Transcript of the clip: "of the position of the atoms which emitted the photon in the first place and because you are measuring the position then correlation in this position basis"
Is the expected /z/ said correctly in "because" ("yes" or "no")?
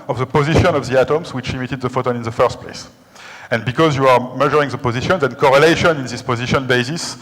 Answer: yes